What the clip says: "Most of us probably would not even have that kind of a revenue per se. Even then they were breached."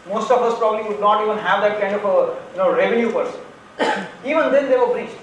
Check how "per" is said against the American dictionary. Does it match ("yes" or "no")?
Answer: yes